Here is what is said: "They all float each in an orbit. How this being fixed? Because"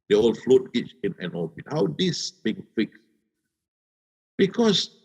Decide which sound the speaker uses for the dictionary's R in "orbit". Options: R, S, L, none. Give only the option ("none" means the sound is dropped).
L